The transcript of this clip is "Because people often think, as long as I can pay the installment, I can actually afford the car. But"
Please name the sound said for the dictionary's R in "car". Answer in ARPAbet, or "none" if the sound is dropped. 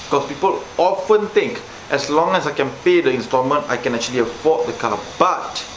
L